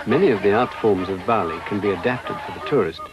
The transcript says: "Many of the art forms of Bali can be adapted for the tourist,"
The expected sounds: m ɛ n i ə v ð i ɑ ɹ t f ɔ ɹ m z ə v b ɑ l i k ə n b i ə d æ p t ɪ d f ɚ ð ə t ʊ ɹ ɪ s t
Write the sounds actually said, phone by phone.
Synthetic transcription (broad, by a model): m ɛ n i ə v ð i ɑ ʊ t f ɔ ɹ m z ə v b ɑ l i k ə n b i ə d æ p t ɪ d f ɚ ð ə t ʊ ɹ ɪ s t